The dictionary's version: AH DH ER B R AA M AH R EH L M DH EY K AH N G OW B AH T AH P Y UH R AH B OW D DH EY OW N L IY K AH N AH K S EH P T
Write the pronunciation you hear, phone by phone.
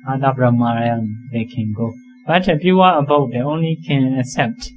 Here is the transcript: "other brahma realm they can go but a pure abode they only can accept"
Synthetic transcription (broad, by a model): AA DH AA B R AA M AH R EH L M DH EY K AH N G OW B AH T AH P Y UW W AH B OW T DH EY OW N L IY K AH N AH S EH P T